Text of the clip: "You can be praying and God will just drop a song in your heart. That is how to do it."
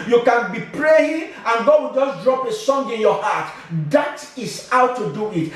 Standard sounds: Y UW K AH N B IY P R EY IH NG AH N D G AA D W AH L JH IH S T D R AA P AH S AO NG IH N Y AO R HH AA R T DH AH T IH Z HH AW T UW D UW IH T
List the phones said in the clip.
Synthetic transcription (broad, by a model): Y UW K AH N B IY P R EY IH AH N G AA D W AH L JH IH S D R AA P AH S AO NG IH N Y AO HH AA T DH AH T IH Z HH AW T UW D UW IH T